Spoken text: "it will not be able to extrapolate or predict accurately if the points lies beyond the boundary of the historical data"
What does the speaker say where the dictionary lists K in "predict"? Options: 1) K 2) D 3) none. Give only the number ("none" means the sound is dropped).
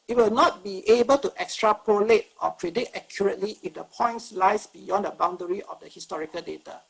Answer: 3